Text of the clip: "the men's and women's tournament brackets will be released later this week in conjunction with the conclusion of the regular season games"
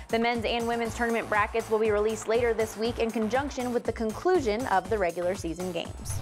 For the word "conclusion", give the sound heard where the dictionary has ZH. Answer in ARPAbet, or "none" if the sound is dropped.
ZH